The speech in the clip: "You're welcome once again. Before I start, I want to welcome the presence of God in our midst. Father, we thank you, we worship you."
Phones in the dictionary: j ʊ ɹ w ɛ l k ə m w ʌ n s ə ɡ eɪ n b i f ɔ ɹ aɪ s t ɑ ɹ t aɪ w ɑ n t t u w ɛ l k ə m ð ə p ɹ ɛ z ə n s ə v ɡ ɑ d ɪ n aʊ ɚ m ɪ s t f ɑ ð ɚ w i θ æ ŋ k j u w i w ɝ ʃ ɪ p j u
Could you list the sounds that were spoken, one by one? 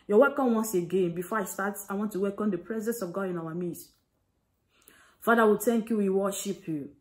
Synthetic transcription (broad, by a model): j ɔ w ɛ k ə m w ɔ n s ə ɡ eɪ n b i f ɔ aɪ s t ɑ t aɪ w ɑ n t t u w ɛ l k ə m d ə p ɹ ɛ z ə n s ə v ɡ ɑ d ɪ n aʊ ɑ m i t f ɑ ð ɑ w i t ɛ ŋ k j u w i w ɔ ʃ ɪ p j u